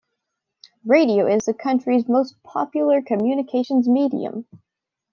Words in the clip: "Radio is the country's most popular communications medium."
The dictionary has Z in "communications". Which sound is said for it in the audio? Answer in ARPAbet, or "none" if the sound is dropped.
Z